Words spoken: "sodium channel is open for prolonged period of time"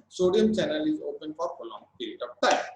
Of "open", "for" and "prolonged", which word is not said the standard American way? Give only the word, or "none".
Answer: prolonged